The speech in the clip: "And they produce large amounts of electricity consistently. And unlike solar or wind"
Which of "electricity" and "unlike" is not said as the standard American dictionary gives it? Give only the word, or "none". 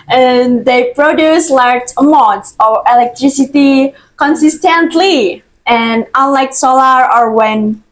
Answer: none